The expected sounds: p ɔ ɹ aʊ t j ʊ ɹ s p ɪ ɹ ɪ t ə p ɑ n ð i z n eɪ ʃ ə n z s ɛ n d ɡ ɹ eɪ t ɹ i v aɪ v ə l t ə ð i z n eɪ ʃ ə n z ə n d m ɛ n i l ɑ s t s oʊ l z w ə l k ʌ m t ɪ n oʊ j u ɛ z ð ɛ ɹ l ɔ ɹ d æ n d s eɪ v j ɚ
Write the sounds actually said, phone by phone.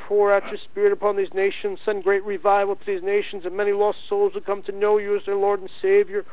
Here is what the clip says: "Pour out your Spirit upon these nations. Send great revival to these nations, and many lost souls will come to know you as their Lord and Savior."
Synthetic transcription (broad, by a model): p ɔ ɹ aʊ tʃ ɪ s p ɪ ɹ ɪ t ə p ɑ n ð i z n eɪ ʃ ə n z s ɛ n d ɡ ɹ eɪ t ɹ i v aɪ v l t ə ð i z n eɪ ʃ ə n z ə n m ɛ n i l ɑ s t s oʊ l z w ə k ʌ m t ɪ n oʊ j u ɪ z ð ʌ ɹ l ɔ ɹ d n s eɪ v j ɚ